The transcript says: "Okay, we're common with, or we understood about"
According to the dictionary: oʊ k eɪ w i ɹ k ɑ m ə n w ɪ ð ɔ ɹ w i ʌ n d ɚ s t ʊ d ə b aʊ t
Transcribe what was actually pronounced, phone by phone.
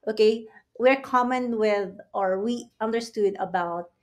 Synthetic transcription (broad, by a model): oʊ k eɪ w i ɹ k ɑ m ə n w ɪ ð ɔ ɹ w i ʌ n d ɚ s t ʊ d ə b aʊ t